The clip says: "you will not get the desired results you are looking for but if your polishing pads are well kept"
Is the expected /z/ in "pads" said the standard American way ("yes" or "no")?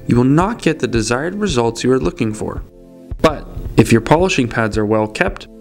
yes